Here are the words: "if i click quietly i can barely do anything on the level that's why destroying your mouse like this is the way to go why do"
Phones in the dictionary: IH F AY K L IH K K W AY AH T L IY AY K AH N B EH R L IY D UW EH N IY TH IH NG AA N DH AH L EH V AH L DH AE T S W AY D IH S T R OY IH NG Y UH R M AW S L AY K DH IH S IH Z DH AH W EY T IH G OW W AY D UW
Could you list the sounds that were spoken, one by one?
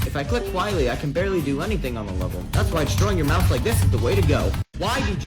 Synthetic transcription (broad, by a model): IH F AY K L IH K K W AY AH T L IY AY K AH N B EH R L IY D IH EH N IY TH IH NG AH N DH AH L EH V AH L DH AE T S W AY D IH S T R OY IH NG Y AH R M AW TH L AY K DH IH S IH Z DH AH W EY T IH G OW W AY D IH